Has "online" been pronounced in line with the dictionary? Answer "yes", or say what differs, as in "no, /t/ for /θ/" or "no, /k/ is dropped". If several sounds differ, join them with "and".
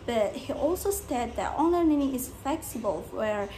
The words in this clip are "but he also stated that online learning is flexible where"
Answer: no, /l/ is dropped